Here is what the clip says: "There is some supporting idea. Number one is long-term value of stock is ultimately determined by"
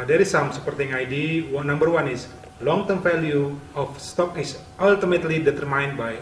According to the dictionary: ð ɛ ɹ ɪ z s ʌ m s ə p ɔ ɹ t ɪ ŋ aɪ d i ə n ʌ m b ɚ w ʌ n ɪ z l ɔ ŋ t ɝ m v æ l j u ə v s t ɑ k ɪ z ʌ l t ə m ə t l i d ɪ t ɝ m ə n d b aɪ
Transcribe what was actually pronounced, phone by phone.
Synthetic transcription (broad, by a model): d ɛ ɹ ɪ s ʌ m s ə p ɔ ɹ t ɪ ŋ aɪ d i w n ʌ m b ɚ w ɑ n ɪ s l ɔ ŋ t ɝ m f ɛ l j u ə f s t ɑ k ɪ s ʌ l t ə m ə t l i d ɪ t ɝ m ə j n b aɪ